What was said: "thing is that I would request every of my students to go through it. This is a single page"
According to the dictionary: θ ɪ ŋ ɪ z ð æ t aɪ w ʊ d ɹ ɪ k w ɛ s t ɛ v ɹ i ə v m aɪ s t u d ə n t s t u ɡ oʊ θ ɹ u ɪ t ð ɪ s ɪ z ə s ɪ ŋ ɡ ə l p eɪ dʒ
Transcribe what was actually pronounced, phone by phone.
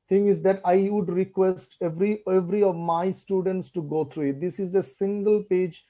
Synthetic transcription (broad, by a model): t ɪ ŋ ɪ z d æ t aɪ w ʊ d ɹ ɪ k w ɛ s t ɛ v ɹ i ə v m aɪ s t u d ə n t s t u ɡ oʊ t ɹ u ɪ t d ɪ s ɪ z ə s ɪ ŋ ɡ ə l p eɪ dʒ